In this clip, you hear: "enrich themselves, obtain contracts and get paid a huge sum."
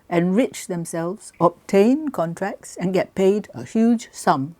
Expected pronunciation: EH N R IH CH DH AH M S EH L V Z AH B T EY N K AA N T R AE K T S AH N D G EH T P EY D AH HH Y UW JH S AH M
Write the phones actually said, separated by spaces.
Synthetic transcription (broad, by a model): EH N R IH CH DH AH M S EH L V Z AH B T EY N K AA N T R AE K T S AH N G EH T P EY D AH HH Y UW JH S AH M